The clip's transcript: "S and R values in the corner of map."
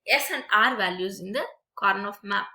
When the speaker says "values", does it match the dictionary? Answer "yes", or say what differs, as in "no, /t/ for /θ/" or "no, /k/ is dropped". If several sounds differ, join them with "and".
yes